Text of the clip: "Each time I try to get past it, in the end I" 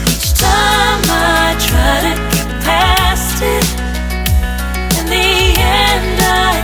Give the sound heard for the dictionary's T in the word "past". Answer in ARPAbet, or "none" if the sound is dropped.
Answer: T